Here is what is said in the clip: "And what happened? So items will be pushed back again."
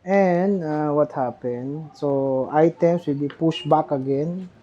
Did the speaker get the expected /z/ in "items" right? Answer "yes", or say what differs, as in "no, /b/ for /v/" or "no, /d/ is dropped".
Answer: no, /s/ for /z/